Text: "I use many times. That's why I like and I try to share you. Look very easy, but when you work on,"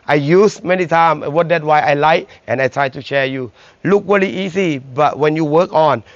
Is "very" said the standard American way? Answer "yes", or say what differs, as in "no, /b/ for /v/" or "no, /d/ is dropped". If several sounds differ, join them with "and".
no, /l/ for /ɹ/